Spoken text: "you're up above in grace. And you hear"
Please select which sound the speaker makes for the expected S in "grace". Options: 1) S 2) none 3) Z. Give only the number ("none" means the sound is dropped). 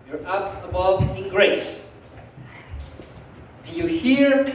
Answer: 2